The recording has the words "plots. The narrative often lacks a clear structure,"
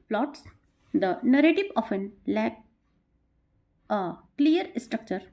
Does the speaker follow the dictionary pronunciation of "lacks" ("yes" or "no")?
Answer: no